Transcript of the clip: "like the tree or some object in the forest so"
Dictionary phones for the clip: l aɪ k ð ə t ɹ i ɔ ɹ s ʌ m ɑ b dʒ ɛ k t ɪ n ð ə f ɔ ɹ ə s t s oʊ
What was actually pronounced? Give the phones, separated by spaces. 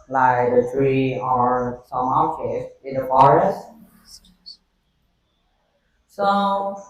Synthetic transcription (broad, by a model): l aɪ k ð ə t ɹ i ɔ ɹ s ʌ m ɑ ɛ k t ɪ n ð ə f ɔ ɹ ə s t s oʊ